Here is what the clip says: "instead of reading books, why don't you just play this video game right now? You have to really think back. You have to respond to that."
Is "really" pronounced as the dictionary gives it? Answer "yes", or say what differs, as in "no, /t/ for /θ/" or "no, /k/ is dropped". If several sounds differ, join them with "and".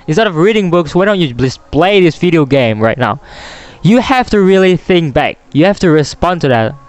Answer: yes